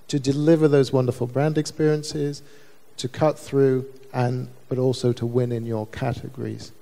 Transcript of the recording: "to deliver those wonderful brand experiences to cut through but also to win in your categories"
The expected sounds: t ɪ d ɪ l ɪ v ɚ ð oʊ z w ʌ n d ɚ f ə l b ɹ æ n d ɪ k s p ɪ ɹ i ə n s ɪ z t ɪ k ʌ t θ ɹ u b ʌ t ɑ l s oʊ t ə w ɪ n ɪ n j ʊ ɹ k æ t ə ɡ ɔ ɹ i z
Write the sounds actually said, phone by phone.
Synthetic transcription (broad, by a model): t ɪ d ɪ l ɪ v ɚ ð oʊ z w ʌ n d ɚ f ə l b ɹ æ n d ɪ k s p ɪ ɹ i ə n s ɪ z t ɪ k ʌ t θ ɹ u b ʌ t ɑ l s oʊ t ə w ɪ n ɪ n j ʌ ɹ k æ t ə ɡ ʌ ɹ i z